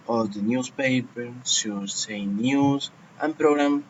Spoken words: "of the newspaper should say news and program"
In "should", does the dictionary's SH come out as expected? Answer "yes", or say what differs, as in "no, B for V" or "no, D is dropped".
no, S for SH